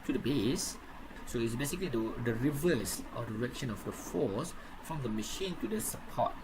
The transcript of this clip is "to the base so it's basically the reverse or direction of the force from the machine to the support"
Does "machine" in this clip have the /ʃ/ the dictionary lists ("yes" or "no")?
yes